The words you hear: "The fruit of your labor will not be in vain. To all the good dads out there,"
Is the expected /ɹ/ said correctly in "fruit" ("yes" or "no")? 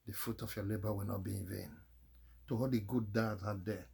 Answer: no